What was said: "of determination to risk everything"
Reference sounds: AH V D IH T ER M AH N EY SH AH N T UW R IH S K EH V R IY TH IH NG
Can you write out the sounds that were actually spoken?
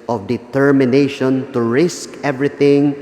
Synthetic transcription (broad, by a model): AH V D IH T ER M AH N EY SH AH N T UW R IH S K EH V R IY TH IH NG